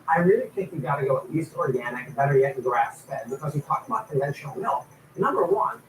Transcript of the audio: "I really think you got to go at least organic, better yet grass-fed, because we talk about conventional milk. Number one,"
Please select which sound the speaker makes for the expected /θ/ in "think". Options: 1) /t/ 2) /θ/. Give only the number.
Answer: 1